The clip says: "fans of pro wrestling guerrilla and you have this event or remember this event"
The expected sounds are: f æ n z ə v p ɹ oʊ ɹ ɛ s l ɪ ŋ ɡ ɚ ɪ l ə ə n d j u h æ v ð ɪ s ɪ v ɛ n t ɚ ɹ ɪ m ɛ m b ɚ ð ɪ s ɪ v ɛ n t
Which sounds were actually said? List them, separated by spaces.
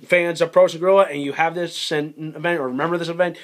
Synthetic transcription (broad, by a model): f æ n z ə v p ɹ oʊ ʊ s ɪ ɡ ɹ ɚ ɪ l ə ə n j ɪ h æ v ð ɪ s ɪ v ɛ n t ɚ ɹ ɪ m ɛ m b ɚ ð ɪ s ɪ v ɛ n t